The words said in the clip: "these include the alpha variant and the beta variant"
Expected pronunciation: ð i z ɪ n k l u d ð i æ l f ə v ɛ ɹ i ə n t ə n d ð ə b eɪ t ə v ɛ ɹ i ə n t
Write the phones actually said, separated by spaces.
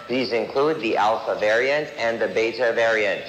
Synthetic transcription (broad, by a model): ð i z ɪ n k l u d ð i æ l f ə v ɛ ɹ i ə n t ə n ð ə b eɪ t ə v ɛ ɹ i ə n t